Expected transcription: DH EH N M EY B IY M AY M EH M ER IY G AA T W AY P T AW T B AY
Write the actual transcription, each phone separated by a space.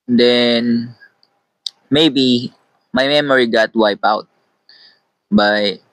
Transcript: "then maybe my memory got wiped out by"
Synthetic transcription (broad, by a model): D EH N M EY B IY M AY M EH M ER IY G AA T W AY P AW T B AY